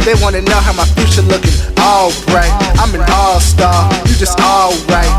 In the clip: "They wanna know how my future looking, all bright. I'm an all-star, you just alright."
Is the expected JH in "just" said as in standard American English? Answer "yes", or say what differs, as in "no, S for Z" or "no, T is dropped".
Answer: yes